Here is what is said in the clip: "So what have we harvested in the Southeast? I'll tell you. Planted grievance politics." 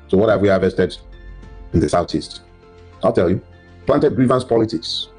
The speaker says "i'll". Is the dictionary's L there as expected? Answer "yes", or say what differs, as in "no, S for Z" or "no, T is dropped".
yes